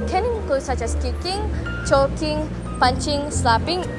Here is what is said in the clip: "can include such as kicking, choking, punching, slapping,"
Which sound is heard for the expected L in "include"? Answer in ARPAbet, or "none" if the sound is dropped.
none